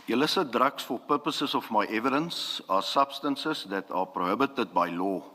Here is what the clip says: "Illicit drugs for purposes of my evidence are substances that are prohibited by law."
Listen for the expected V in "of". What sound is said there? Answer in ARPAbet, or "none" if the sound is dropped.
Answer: F